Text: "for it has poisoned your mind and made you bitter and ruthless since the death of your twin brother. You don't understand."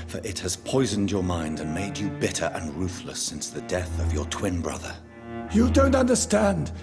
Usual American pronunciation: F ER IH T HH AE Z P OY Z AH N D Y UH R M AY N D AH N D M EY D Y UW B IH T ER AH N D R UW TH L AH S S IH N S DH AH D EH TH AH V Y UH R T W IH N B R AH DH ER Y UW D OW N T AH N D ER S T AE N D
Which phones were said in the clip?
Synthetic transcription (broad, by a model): F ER IH T HH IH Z P OY Z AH N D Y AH R M AY N D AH N M EY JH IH B IH T ER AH N R UW TH L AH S S IH N S DH AH D EH TH AH V Y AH R T W IH N B R AH DH ER Y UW D OW N T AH N D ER S T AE N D